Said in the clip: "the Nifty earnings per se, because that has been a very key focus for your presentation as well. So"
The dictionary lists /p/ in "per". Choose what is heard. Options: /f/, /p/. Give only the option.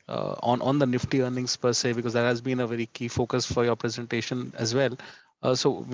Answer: /p/